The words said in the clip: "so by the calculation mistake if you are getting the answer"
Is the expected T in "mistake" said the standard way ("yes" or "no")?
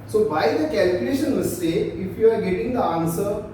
no